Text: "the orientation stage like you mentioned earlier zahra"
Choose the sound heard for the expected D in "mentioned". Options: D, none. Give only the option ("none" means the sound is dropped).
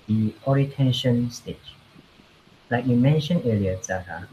none